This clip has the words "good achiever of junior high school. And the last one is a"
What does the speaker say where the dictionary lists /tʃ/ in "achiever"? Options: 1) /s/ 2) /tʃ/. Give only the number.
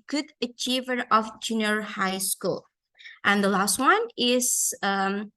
2